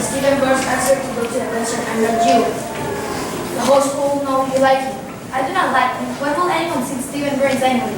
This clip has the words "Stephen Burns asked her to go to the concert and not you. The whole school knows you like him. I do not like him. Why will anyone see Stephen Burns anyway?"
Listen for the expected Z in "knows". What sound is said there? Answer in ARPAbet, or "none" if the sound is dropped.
none